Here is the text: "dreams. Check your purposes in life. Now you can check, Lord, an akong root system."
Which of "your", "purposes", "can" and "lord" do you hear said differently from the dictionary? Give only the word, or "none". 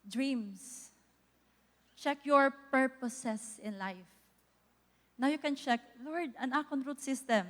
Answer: purposes